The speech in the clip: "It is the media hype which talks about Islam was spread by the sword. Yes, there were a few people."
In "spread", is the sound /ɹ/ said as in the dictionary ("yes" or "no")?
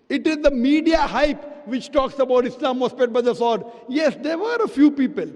no